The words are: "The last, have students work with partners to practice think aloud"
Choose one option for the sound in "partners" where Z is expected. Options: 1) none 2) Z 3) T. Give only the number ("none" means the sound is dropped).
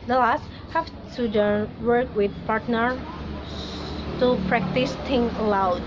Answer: 1